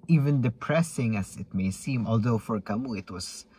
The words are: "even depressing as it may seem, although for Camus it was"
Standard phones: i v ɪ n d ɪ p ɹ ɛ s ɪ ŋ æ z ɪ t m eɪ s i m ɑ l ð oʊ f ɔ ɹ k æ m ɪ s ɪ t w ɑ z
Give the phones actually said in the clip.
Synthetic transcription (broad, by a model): i v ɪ n d ɪ p ɹ ɛ s ɪ ŋ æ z ɪ t m eɪ s i m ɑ l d oʊ f ɔ ɹ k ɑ m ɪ ɪ t w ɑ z